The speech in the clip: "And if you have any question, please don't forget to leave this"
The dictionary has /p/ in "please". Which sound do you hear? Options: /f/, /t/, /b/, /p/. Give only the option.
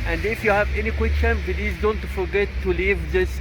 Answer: /b/